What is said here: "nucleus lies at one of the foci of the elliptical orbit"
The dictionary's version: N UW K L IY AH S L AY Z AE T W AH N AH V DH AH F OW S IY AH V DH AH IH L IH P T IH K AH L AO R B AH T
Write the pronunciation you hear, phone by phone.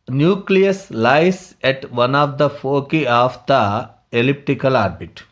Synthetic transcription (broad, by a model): N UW K L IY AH S L AY S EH T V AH N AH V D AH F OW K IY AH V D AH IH L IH P T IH K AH L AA R B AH T